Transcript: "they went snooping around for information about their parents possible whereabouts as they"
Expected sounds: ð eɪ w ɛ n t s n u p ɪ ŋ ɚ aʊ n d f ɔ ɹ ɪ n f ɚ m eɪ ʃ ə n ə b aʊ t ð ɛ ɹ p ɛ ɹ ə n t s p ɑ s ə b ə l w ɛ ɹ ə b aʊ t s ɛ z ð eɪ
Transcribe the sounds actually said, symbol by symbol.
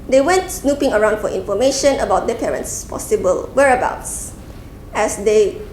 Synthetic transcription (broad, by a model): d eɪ w ɛ n t s n u p ɪ ŋ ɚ aʊ n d f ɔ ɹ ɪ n f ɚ m eɪ ʃ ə n ə b aʊ t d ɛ p ɛ ɹ ə n t s p ɑ s ə b ə l w ɛ ɹ ə b aʊ t s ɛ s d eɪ